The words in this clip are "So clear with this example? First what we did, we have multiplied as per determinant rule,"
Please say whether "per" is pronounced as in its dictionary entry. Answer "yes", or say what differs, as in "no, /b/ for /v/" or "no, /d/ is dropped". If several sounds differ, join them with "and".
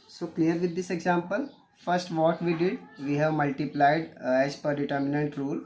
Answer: yes